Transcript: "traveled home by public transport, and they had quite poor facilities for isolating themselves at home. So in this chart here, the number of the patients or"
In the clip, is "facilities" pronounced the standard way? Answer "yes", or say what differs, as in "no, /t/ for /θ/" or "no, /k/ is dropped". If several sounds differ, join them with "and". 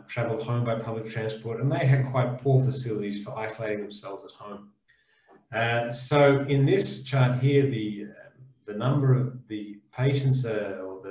yes